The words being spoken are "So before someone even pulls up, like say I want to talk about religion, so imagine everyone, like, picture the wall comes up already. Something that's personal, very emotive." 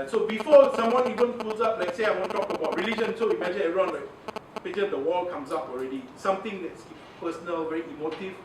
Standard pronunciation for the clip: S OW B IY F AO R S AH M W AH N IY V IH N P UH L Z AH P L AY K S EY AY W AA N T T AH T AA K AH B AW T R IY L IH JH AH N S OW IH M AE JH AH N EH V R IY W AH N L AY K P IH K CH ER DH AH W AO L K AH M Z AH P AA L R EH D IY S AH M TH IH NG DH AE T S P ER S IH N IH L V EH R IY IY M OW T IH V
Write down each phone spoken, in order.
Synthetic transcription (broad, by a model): S OW B IY F AO S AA M W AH N IY V IH N F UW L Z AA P L AY K S EY AY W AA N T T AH T AA K AH B AW T R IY L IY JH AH N S OW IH M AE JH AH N EH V R IY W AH N L AY K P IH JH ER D AH W AO L K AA M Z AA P AA L R EH D IY S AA M T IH NG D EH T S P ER S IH N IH L V EH R IY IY M OW T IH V